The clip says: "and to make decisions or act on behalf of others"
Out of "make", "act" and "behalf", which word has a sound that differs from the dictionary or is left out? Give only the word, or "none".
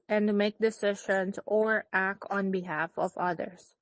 none